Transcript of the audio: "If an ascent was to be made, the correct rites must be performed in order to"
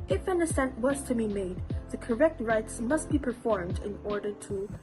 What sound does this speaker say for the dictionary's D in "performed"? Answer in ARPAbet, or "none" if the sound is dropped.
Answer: D